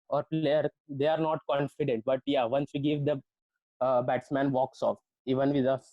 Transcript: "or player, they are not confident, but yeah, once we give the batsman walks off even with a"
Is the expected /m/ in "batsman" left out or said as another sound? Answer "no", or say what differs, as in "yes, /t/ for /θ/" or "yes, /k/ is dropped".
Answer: no